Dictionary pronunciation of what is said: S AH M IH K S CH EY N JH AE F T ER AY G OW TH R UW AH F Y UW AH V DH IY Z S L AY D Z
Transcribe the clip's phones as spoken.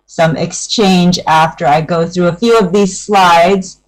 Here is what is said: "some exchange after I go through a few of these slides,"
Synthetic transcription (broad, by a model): S AH M IH K S CH EY N JH AE F T ER AY G OW TH R UW AH F Y UW AH V DH IY Z S L AY D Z